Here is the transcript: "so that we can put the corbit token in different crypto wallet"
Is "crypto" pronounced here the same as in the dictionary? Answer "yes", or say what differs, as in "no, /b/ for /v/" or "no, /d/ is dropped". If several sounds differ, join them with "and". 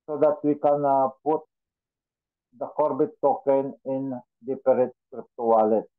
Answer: yes